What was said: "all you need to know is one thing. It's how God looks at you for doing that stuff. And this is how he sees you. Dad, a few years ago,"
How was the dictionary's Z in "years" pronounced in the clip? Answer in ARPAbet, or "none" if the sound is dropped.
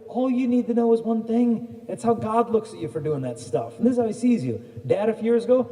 Z